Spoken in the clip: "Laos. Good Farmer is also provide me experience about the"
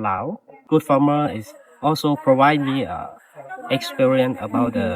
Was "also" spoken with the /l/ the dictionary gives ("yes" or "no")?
yes